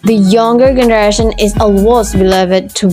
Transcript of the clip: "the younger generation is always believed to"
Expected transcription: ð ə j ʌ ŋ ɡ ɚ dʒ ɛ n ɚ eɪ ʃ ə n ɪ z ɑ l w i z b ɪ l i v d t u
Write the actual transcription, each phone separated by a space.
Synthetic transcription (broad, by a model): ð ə j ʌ ŋ ɡ ɚ dʒ ɛ n ɚ eɪ ʃ ə n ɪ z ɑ w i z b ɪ l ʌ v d t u